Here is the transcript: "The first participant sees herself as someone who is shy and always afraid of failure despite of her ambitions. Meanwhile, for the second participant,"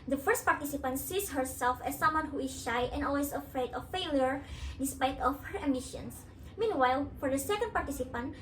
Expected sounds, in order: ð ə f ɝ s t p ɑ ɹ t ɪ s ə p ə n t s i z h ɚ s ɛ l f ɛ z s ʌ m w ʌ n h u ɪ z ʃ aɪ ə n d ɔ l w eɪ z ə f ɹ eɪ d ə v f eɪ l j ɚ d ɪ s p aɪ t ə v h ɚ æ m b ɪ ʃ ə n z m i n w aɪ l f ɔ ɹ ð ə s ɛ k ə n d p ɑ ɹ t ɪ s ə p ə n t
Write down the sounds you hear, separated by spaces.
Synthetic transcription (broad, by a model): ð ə f ɝ s t p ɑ ɹ t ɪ s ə p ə n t s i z h ɚ s ɛ l f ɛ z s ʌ m w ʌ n h u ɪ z ʃ aɪ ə n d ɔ l w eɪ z ə f ɹ eɪ d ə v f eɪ l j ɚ d ɪ s p aɪ t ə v h ɚ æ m ɪ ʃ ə n s m i n w aɪ l f ɔ ɹ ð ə s ɛ k ə n d p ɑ ɹ t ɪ s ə p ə n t